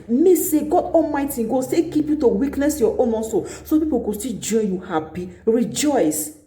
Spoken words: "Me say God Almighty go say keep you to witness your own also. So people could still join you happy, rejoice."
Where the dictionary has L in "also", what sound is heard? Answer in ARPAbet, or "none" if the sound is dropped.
N